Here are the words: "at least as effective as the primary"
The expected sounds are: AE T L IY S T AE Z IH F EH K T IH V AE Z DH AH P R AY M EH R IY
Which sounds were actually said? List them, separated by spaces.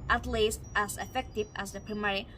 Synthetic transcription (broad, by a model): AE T L IY S T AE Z IH F EH K T IH V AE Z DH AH P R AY M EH R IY